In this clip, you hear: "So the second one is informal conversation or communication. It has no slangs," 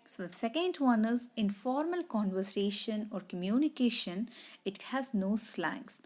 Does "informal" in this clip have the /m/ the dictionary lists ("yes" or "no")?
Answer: yes